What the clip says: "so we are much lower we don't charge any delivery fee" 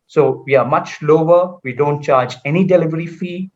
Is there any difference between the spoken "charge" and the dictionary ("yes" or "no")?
no